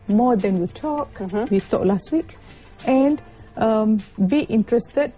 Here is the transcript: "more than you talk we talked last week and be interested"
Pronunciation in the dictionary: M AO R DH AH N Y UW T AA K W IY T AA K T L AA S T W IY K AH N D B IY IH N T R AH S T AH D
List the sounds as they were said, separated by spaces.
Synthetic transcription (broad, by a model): M AO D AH N Y UW T AA K W IY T AA T L AA S T W IY K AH N D B IY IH N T R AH S T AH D